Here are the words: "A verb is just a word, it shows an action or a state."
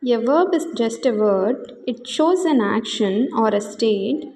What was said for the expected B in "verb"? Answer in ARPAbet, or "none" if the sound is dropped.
B